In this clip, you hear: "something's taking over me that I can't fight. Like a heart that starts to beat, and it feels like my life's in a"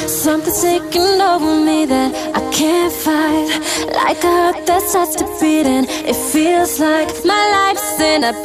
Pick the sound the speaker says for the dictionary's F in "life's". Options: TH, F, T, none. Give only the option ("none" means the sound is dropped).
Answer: F